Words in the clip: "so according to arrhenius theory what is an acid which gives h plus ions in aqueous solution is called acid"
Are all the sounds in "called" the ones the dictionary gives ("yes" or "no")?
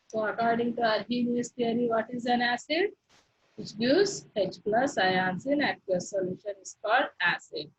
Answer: no